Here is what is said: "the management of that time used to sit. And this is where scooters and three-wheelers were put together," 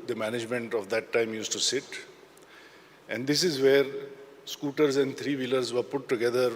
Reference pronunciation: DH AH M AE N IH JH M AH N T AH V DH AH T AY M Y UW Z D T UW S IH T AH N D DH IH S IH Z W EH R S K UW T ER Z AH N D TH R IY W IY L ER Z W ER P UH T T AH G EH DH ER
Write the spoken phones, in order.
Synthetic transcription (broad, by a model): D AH M AE N IH JH M AH N T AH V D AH T AY M Y UW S T UW S IH T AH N D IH S IH Z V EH R S K UW T ER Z AH N D T R IY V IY L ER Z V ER P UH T T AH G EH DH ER